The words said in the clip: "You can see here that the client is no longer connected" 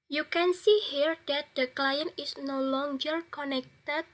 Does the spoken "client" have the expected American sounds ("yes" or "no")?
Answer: yes